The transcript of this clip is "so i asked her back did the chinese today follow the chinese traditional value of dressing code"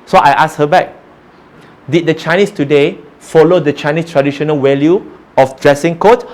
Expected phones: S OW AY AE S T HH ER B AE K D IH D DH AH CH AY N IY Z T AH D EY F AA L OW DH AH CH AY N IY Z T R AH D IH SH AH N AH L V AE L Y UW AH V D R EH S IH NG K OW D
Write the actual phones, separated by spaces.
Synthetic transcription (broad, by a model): S OW AY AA S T HH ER B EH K D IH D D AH CH AY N IY S T AH D EY F AA L OW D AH CH AY N IY S T R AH D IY SH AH N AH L W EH L Y UW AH F D R EH S IH NG K OW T